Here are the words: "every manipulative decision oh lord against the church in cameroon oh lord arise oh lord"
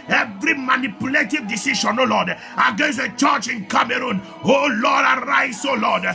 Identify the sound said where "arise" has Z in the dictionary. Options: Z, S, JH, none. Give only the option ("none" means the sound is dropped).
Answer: S